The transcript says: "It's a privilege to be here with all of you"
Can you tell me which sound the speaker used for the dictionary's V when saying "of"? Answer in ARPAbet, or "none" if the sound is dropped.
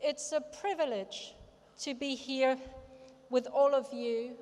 V